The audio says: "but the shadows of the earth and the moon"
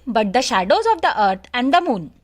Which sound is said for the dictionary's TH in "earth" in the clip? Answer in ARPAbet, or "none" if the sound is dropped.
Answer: T